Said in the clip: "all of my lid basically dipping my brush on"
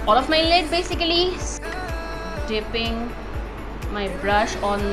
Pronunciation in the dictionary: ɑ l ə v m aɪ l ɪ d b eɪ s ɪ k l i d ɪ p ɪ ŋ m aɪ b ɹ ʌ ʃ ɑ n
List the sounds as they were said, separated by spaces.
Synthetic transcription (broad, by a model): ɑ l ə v m aɪ l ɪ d b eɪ s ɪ k l i d ɪ p ɪ ŋ m aɪ b ɹ ʌ ʃ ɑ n